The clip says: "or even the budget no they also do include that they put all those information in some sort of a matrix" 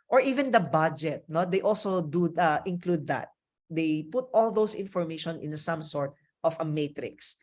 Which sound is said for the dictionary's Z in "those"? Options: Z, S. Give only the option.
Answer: S